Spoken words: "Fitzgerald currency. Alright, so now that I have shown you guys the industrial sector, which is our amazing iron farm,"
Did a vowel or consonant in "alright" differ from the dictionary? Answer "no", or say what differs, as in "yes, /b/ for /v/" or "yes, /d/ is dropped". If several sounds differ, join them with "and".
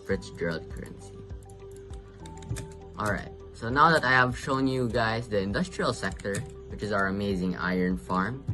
no